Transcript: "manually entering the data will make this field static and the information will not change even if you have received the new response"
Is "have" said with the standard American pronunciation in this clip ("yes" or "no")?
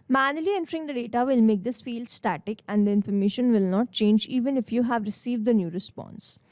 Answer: yes